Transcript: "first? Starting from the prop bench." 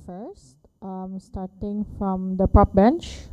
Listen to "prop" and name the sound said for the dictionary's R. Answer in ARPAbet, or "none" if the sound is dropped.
none